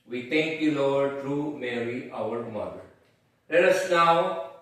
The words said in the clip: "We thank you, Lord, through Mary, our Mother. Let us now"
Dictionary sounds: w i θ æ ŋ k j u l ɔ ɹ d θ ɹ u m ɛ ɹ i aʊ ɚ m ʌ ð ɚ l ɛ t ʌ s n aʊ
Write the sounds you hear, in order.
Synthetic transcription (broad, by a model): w i t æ ŋ k j u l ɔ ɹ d t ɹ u m ɛ ɹ i aʊ ɚ m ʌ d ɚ l ɛ t ʌ s n aʊ